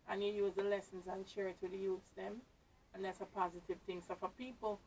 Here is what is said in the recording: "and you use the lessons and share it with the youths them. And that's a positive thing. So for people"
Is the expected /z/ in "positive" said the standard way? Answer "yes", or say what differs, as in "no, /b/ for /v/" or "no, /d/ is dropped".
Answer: yes